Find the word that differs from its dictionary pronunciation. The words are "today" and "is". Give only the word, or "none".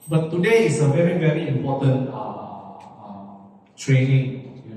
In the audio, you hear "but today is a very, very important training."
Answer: is